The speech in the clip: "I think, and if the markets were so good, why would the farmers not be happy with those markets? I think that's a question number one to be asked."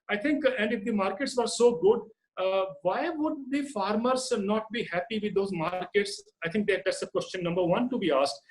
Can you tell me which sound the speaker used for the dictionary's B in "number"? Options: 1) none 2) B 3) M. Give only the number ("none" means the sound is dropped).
2